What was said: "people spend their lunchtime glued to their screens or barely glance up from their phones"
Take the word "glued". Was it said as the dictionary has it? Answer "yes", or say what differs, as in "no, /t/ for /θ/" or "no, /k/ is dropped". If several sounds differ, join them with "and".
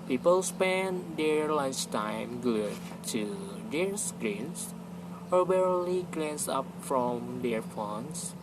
no, /l/ is dropped